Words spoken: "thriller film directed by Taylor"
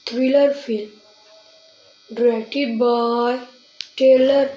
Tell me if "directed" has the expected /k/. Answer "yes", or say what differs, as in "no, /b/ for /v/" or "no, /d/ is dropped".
no, /k/ is dropped